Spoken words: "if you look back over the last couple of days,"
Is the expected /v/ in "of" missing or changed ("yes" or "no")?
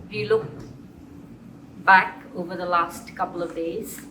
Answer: no